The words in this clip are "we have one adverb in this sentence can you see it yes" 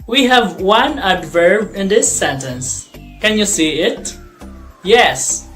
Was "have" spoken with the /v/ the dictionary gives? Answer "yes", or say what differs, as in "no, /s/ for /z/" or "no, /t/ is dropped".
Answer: yes